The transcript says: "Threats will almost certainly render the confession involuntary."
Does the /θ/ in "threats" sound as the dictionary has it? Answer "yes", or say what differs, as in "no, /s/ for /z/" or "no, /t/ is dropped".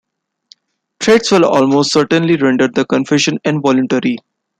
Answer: no, /t/ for /θ/